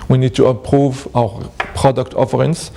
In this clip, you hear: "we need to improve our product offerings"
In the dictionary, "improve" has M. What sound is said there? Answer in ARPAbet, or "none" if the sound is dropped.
none